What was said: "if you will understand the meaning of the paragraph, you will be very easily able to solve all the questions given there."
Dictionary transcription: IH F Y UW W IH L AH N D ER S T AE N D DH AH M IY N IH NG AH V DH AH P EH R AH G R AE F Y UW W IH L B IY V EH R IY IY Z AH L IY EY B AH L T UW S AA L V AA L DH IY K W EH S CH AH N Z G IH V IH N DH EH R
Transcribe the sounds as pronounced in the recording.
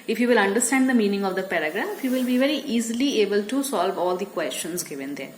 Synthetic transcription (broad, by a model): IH F Y UW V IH L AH N D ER S T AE N D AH M IY N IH NG AH V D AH P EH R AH G R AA F Y UW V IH L B IY V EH R IY IY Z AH L IY EY B AH L T UW S AA L V AA L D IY K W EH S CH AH N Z G IH V IH N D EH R